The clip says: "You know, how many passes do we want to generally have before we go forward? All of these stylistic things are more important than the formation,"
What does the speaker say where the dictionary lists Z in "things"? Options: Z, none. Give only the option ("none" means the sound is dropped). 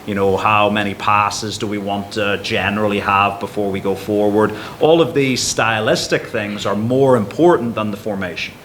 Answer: Z